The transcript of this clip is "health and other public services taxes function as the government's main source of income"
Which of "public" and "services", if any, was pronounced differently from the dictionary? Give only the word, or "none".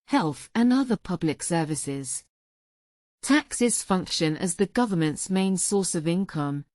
none